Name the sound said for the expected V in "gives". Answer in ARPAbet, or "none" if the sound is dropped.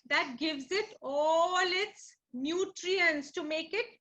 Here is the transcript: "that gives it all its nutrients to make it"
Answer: V